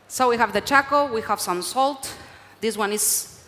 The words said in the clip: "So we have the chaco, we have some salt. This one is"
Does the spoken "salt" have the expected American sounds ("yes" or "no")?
yes